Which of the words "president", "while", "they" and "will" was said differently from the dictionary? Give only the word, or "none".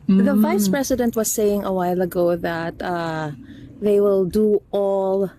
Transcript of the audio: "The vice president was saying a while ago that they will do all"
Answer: president